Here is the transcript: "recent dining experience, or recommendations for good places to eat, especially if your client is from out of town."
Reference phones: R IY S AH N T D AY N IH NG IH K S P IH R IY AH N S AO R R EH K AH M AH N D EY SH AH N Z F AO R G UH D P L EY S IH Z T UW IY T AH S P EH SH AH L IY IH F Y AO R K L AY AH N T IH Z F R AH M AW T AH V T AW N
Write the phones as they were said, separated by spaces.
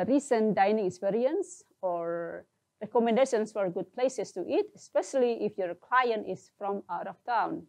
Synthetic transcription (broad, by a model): R IY S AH N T D AY N IH NG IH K S P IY R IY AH N S AO R R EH K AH M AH N D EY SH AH N S F AO R G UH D P L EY S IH S T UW IY T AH S P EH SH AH L IY IH F Y AO R K L AY AH N T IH S F R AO M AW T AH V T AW N